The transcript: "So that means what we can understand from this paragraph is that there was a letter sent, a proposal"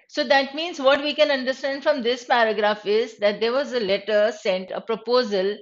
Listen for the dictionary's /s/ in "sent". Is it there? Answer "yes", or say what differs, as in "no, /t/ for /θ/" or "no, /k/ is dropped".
yes